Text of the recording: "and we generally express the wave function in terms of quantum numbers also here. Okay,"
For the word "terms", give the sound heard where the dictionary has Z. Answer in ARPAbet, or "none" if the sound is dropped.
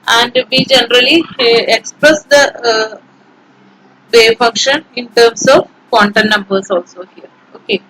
S